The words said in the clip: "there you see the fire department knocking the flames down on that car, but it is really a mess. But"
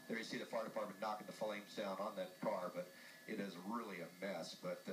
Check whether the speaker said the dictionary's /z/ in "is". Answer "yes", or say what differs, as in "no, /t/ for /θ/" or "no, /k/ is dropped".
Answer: yes